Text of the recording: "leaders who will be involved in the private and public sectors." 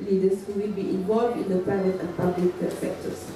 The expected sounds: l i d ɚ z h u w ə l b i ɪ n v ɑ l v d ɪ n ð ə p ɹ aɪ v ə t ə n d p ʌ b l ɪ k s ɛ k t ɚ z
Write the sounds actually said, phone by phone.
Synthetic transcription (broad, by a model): l i d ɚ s h u w ə l b i ɪ n v ɑ l v d ɪ n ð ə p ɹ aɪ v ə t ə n p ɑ b l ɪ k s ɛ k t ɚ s